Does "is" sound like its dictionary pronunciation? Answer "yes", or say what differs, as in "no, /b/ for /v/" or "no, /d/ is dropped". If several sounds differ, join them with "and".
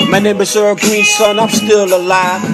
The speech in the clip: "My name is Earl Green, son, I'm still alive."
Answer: no, /s/ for /z/